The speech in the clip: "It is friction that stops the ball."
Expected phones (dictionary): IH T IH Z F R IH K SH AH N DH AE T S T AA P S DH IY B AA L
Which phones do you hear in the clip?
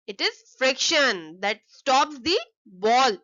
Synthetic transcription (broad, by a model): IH T IH Z F R IH K SH AH N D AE T S T AA P S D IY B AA L